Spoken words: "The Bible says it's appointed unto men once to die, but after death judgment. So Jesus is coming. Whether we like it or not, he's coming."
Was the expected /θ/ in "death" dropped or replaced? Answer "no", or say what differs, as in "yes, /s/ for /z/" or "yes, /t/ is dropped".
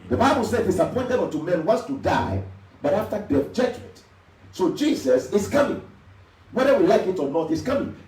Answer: yes, /f/ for /θ/